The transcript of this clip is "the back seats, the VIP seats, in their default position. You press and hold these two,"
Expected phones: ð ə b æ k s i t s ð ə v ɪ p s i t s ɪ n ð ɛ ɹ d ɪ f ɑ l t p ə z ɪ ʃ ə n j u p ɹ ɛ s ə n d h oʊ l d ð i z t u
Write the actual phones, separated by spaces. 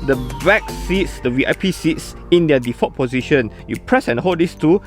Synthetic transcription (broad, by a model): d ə b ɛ k s i t s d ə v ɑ p s i t s ɪ n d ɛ d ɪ f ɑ t p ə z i ʃ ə n j u p ɹ ɛ s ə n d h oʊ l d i s t u